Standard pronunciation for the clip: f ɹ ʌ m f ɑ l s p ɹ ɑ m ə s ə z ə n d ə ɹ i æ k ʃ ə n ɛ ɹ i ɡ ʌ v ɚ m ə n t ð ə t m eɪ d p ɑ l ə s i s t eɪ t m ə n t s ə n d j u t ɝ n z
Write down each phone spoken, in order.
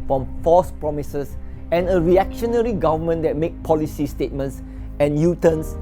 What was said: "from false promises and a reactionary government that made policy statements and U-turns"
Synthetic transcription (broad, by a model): f ɹ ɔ m f ɑ s p ɹ ɑ m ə s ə s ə n ə ɹ i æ k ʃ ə n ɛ ɹ i ɡ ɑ v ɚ m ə n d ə t m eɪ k p ɑ l ə s i s t eɪ t m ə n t s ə n j u t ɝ n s